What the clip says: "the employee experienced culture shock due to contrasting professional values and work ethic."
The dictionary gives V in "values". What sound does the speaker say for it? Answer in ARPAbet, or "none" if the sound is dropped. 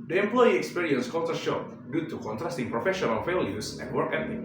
F